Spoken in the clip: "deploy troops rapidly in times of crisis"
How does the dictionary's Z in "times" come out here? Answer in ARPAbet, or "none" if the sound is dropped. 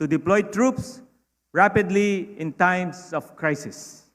S